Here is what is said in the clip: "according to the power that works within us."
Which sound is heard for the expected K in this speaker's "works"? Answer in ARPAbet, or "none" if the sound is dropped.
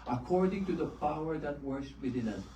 none